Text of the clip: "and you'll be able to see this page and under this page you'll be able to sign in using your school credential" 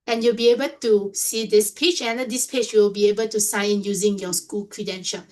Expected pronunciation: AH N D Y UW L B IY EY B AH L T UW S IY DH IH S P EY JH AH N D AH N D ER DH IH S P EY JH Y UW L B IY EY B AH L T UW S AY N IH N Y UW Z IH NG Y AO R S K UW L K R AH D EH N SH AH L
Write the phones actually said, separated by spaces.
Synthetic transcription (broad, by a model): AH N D Y UW L B IY EY B AH L T UW S IY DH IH S P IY CH AH N D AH D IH S P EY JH Y UW L B IY EY B AH L T UW S AY IH N Y UW Z IH NG Y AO S K UW L K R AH D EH N SH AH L